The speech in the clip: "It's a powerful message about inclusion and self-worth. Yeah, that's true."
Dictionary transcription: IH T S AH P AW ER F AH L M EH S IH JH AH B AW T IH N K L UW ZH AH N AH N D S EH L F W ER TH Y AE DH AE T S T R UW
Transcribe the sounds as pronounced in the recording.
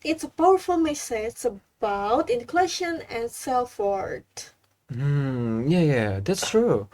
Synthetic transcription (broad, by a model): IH T S AH P AW ER F AH L M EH S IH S AH B AW T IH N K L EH SH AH N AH N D S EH L F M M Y Y AE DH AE T S T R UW